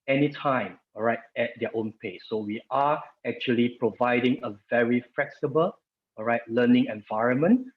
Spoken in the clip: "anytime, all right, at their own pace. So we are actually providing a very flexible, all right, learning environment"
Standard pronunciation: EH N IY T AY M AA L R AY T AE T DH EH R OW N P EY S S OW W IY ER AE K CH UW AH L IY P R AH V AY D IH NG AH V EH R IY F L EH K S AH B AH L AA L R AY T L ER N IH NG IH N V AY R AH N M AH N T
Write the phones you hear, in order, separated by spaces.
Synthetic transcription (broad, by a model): EH N IY T AY M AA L R AY T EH T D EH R OW N P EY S S OW W IY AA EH K CH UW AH L IY P R AH V AY D IH NG AH V EH R IY F L EH K S AH B AH L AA R AY T L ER N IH NG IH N V AY R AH N M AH N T